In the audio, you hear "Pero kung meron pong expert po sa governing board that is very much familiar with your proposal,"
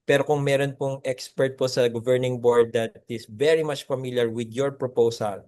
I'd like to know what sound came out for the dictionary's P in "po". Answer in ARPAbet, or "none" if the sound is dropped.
P